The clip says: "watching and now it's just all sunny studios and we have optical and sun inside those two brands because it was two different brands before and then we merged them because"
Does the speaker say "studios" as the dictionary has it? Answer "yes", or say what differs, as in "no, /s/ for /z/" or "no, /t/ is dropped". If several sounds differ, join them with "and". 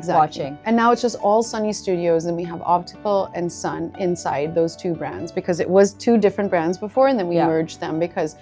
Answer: yes